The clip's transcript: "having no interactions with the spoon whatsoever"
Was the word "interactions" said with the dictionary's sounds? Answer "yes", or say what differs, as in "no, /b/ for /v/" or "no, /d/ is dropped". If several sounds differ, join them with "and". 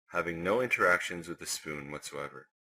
yes